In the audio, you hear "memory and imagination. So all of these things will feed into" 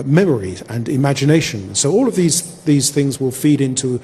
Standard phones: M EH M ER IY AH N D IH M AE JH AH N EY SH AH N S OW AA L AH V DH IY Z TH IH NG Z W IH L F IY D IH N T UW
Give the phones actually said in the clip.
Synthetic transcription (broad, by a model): M EH M ER IY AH N IH M AE JH AH N EY SH AH N S OW AA L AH V DH IY Z TH IH NG Z W IH L F IY D IH N T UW